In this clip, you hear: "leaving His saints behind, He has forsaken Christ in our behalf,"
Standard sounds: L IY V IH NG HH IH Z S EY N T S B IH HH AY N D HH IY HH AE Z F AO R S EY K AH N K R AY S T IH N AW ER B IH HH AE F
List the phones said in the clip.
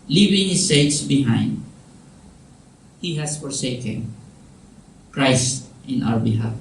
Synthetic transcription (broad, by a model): L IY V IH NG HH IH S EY T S B IH HH AY N D HH IY HH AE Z F AO R S EY K AH N K R AY S T IH N AW ER B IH HH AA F